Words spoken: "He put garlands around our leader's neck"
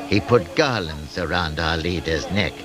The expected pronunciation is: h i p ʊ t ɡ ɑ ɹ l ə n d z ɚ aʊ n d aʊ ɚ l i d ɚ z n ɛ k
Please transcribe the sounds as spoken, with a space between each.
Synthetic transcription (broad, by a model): h i p ʊ t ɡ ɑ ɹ l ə n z ɚ aʊ n d aʊ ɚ l i d ɚ z n ɛ k